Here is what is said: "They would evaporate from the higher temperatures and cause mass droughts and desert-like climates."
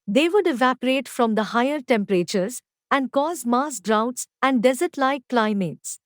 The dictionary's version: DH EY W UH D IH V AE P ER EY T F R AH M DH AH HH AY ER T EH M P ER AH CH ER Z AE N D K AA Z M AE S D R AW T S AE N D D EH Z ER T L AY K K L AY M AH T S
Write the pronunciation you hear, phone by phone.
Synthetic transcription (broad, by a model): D EY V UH D IH V AE P ER EY T F R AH M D AH HH AY ER T EH M P ER AH CH ER Z AE N D K AA Z M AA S D R AW T S AE N D D EH Z ER T L AY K K L AY M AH T S